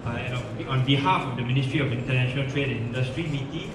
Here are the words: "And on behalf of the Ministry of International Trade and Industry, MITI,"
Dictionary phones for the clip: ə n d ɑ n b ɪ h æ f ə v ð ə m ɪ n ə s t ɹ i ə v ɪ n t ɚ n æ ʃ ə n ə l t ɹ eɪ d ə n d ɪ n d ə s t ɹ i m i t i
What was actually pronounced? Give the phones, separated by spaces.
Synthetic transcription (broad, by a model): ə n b ɑ n b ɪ h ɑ f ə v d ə m ɪ n ə s t ɹ i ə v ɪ n t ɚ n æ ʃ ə n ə l t ɹ eɪ d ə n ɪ n d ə s t ɹ i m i t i